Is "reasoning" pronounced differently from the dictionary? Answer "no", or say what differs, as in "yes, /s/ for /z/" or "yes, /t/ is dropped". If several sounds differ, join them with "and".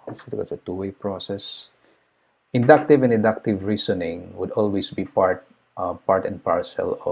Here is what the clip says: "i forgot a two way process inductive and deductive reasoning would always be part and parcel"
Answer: yes, /s/ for /z/